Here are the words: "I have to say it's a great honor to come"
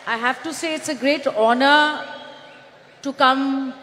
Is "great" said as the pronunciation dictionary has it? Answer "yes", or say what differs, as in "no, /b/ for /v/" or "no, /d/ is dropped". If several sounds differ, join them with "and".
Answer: yes